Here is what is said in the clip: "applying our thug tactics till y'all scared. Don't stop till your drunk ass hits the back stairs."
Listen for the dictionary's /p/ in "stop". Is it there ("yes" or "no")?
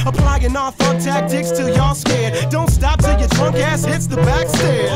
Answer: yes